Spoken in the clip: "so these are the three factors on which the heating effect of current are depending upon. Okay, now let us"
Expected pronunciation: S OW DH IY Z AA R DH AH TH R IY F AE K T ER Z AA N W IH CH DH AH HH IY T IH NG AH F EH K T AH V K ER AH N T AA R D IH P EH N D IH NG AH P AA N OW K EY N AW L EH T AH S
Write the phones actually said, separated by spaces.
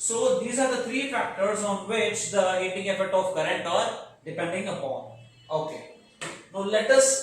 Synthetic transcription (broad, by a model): S OW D IY Z AA R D AH T R IY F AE K T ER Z AA N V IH CH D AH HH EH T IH NG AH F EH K T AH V K ER AH N T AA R D IH P EH N D IH NG AH P AA N OW K EY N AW L EH T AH S